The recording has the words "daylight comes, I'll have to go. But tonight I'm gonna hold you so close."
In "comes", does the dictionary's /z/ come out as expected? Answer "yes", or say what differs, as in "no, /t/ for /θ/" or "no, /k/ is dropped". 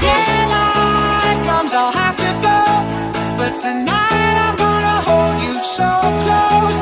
yes